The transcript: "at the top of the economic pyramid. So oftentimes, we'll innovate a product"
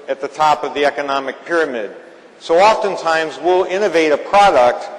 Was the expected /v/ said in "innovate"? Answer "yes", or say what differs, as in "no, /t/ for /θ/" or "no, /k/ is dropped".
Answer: yes